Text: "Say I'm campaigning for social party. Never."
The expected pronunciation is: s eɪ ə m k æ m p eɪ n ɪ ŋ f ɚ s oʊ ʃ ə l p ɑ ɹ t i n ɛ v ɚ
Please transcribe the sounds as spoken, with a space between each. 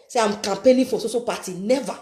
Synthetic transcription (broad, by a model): s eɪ ə m k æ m p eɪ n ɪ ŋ f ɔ s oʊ s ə p ɑ t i n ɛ v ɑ